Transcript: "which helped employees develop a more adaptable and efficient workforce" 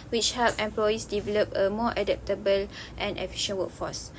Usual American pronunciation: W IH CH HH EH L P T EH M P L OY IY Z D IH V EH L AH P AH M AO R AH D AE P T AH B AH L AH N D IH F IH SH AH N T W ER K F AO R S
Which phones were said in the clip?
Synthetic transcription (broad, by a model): W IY CH HH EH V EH M P L OY IY S D IH V EH L AH P AH M AO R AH D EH P T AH B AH L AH N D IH F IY SH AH N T W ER K F AO S